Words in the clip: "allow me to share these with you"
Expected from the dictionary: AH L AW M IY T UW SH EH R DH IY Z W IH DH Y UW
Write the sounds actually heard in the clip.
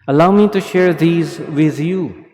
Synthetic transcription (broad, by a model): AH L AW M IY T UW SH EH R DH IY Z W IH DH Y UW